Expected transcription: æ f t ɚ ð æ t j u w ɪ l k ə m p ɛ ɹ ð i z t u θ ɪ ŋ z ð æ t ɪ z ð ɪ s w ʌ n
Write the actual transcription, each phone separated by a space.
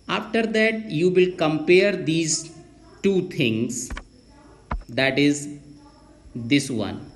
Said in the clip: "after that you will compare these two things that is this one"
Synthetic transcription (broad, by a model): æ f t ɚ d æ t j u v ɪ l k ə m p ɛ ɹ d i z t u t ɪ ŋ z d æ t ɪ z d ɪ s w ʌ n